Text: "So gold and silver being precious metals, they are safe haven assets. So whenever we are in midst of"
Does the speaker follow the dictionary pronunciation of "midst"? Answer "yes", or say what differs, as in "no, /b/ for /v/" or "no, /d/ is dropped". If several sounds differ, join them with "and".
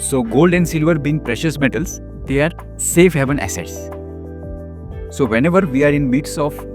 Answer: no, /t/ is dropped